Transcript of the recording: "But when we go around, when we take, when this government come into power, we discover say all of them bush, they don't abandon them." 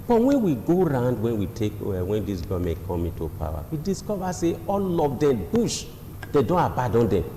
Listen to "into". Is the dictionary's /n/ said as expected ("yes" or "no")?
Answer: yes